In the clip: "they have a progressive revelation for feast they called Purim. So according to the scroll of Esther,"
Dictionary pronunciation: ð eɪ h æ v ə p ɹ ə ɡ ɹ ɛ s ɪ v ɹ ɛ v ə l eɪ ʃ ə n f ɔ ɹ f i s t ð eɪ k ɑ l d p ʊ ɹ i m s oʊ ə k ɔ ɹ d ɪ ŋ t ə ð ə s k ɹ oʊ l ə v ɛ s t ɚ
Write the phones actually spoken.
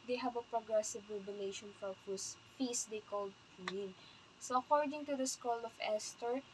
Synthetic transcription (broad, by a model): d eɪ h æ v ə p ɹ ə ɡ ɹ ɛ s ɪ v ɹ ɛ b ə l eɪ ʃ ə n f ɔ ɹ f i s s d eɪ k ɑ l d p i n s oʊ ə k ɔ ɹ d ɪ ŋ t ə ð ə s k oʊ l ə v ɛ s t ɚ